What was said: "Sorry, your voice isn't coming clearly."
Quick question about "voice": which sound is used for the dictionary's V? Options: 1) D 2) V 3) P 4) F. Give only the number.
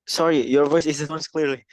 2